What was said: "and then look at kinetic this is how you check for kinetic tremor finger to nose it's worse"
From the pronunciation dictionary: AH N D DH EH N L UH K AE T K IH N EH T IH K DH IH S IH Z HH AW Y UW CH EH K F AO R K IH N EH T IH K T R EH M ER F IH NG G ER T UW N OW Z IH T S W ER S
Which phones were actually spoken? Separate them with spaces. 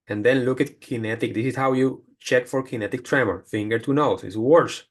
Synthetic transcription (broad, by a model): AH N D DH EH N L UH K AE T K IH N EH T IH K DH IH S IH S HH AW Y UW CH EH K F AO R K IH N EH T IH K T R EH M ER F IH NG G ER T UW N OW S IH T S W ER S